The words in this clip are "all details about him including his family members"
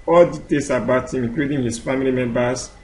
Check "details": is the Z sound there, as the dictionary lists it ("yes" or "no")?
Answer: no